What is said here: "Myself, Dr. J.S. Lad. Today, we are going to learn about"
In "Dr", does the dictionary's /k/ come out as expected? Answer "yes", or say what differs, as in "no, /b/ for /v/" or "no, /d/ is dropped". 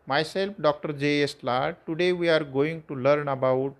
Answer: yes